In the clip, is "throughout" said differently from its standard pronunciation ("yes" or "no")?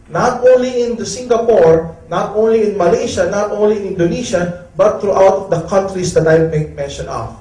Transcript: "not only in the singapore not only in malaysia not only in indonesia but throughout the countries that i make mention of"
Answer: yes